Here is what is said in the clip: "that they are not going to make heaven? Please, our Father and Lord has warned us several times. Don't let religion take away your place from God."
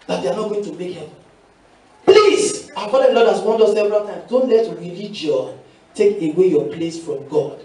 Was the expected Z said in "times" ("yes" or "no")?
no